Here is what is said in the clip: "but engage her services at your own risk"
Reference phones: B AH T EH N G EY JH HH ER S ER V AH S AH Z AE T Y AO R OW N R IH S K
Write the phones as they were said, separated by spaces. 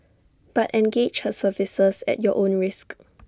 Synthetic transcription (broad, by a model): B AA T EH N G EY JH HH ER S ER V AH S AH S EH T Y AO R OW N R IH S K